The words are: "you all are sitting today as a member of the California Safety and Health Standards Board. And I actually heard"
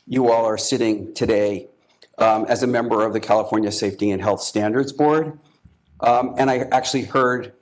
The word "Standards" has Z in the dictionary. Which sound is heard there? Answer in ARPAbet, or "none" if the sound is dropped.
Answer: Z